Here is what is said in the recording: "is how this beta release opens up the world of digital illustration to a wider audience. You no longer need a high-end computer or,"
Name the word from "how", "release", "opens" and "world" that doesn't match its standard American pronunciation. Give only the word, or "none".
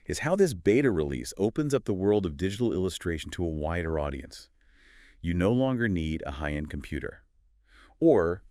none